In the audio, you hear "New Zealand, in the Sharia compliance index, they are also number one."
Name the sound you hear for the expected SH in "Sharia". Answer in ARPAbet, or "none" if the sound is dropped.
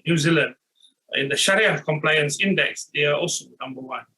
SH